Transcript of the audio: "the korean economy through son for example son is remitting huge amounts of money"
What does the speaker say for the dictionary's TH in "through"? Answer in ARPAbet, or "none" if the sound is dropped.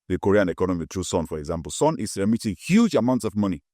T